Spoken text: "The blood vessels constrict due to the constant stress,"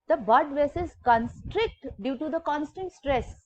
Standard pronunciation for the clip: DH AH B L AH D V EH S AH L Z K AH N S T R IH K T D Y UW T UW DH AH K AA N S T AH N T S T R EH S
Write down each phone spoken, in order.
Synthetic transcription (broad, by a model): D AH B AH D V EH S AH Z K AH N S T R IH K T D Y UW T UW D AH K AA N S T AH N T S T R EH S